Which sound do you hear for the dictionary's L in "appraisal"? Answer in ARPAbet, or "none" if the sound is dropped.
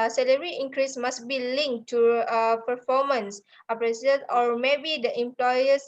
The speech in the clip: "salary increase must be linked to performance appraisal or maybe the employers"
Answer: N